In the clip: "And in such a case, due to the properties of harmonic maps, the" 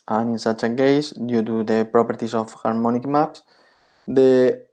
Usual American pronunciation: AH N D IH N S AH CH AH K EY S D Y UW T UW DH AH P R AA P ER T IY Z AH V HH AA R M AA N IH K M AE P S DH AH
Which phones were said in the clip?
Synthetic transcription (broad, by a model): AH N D IH N S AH CH AH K EY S D Y UW T UW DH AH P R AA P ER T IY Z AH F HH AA R M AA N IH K M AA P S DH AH